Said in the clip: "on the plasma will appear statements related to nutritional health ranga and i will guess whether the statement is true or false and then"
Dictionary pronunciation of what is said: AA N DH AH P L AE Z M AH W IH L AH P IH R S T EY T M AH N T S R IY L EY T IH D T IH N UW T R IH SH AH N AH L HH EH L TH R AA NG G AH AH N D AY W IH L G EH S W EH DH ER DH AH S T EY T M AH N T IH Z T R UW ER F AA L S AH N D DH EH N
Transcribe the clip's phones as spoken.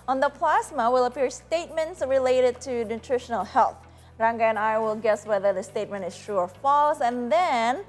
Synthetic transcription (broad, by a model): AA N DH AH P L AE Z M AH W IH L AH P IH R S T EY T M AH N T S R IY L EY T IH D T IH N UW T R IH SH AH N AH L HH EH L TH R AA NG G AH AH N AY W IH L G EH S W EH DH ER DH AH S T EY T M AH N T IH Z T R UW ER F AA L S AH N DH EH N